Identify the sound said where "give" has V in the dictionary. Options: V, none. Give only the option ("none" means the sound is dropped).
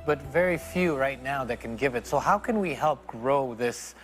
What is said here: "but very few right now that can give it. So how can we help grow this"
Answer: V